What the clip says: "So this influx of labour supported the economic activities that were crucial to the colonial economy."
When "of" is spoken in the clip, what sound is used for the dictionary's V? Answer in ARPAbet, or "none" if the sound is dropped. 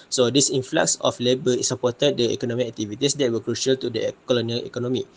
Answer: F